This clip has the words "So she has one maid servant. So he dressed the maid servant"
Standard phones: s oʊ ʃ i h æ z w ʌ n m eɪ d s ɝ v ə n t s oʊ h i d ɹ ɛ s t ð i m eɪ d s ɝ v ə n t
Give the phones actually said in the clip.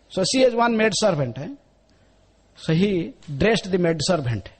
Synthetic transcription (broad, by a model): s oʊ s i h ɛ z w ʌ n m eɪ d s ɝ b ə n t s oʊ h i d ɹ ɛ s t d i m eɪ d s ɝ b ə n t